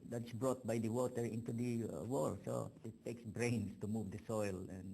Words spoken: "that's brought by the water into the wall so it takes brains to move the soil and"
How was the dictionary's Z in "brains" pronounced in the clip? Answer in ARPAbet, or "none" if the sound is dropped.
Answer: S